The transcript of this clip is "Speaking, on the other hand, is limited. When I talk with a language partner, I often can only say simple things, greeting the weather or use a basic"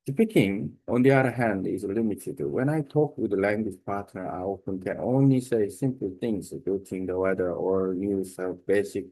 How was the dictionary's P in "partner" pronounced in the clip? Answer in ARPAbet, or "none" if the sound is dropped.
P